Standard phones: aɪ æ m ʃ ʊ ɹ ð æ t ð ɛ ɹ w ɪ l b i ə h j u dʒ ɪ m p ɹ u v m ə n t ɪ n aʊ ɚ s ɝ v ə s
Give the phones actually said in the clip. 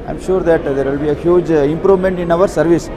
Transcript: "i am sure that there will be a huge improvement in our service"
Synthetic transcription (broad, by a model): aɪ m ʃ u ɹ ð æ t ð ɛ ɹ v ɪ l b i ə h j u dʒ ɪ m p ɹ u v m ə n t ɪ n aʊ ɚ s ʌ v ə s